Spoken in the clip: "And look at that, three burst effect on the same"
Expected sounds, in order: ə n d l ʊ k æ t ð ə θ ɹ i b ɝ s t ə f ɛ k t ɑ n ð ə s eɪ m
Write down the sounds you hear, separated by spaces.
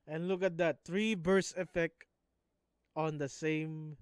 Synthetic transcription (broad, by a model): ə n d l ʊ k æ t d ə t ɹ i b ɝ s ə f ɛ k t ɑ n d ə s eɪ m